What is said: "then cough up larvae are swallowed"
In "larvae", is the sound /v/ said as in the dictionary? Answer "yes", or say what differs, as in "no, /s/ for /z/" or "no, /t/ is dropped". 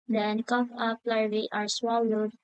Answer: no, /v/ is dropped